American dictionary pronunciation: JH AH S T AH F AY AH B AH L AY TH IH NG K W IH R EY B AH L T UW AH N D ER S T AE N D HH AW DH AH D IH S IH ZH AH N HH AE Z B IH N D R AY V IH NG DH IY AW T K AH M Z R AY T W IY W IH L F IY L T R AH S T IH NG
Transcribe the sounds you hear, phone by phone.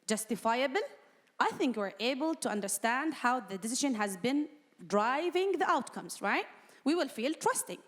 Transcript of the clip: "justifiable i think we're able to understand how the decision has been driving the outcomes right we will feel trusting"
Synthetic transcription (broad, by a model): JH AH S T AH F AY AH B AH L AY TH IH NG K W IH R EY B AH L T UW AH N D ER S T AE N D HH AW DH AH D IH S IH ZH AH N HH AE Z B IH N D R AY V IH NG DH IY AW T K AH M Z R AY T W IY W IH L F IY L T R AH S T IH NG